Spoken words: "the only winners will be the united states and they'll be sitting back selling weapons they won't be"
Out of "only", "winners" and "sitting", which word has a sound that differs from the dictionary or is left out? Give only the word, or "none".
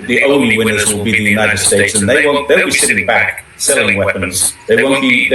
none